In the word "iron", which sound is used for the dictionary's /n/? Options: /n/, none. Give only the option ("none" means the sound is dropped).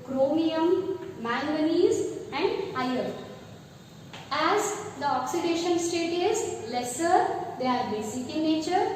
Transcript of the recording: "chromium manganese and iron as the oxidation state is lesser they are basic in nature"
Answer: none